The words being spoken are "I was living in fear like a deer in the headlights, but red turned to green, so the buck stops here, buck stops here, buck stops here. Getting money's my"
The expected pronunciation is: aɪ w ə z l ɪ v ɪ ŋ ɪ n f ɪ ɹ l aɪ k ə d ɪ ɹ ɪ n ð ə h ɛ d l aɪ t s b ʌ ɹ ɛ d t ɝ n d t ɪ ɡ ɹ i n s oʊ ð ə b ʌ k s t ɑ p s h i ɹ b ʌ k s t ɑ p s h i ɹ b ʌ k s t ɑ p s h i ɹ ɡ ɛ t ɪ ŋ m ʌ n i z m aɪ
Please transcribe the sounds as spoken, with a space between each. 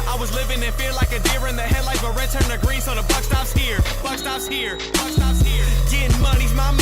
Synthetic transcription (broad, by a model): aɪ w ə z l ɪ v ɪ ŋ ɪ n f ɪ ɹ l aɪ k ə d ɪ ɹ ɪ n ð ə h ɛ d l aɪ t b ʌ ɹ ɛ d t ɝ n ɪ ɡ ɹ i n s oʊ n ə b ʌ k s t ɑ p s h i ɹ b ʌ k s t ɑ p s h i ɹ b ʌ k s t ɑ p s h i ɹ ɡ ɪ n m ʌ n i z m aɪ